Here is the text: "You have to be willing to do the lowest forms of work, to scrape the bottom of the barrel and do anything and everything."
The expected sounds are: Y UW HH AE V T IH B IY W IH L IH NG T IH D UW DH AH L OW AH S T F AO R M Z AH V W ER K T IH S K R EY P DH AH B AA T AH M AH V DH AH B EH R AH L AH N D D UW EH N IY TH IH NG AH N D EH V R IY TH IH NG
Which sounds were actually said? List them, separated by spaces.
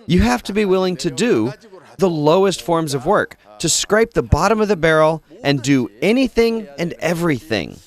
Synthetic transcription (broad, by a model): Y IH HH AE F T IH B IY W IH L IH NG T IH D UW DH AH L OW AH S T F AO R M Z AH V W ER K T IH S K R EY P DH AH B AA T AH M AH V DH AH B EH R L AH N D D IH EH N IY TH IH NG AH N EH V R IY TH IH NG